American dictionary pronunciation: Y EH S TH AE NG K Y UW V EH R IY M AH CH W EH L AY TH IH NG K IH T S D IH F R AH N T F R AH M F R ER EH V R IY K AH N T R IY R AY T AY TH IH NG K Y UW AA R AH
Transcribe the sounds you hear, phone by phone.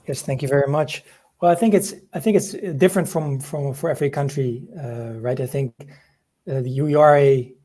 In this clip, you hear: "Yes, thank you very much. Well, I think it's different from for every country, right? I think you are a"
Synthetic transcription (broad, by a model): Y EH S TH AE NG K Y UW V EH R IY M AH CH W EH L AY TH IH NG K IH T S D IH F R AH N T F R AH M F R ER EH V R IY K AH N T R IY R AY T AY TH IH NG K Y UW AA R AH